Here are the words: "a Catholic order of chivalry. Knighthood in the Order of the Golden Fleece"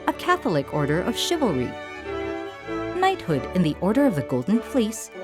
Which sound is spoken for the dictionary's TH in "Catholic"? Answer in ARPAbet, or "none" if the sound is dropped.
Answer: TH